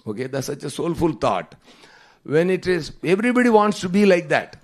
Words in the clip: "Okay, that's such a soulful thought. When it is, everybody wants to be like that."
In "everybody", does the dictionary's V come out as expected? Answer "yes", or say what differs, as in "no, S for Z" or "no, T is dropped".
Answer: yes